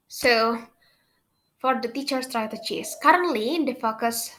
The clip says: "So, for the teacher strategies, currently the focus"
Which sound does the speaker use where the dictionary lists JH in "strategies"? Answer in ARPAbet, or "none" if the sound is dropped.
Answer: CH